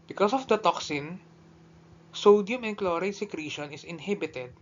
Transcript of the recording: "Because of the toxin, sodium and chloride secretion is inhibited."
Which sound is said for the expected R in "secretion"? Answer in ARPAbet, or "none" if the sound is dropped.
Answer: R